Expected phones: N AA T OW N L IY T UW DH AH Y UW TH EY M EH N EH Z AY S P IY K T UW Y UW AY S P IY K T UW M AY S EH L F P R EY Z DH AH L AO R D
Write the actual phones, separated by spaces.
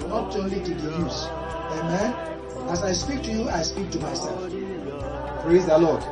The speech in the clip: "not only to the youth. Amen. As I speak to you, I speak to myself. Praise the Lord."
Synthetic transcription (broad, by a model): N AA T OW N L IY T UW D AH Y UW S EY M EH N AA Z AY S P IY K T UW Y UW AY S P IY K T UW M AY S EH L F P R EY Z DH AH L AO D